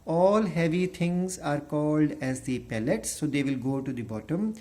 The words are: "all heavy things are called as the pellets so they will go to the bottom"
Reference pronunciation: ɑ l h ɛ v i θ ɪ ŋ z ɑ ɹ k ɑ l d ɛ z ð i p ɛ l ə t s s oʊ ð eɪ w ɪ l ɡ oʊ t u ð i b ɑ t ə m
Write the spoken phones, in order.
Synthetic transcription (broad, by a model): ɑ l h ɛ v i t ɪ ŋ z ɑ ɹ k ɑ l d ɛ z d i p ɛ l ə t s s oʊ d eɪ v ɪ l ɡ oʊ t u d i b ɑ t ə m